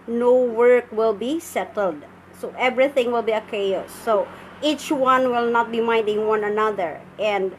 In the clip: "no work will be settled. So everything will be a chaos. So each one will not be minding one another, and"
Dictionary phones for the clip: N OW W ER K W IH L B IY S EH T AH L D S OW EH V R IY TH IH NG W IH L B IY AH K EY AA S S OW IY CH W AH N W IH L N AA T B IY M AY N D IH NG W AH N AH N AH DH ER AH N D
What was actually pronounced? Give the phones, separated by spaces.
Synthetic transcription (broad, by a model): N OW W ER K W IH L B IY S EH T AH L D S OW EH V R IY TH IH NG W IH L B IY AH K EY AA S S OW IY CH W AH N W IH L N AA T B IY M AY N D IH NG W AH N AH N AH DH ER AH N D